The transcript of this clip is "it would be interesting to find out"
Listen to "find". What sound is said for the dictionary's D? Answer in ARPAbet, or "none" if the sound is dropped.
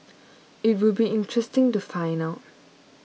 none